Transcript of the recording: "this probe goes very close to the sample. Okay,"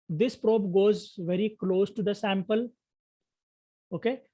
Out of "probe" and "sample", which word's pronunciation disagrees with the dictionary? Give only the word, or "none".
none